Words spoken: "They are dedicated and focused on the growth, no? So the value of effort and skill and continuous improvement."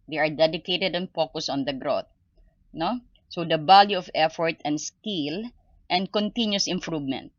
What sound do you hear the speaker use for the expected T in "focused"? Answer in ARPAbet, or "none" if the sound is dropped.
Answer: none